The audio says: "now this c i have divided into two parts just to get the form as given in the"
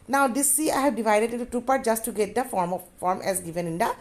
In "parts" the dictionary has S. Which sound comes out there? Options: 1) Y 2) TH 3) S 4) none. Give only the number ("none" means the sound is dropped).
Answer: 4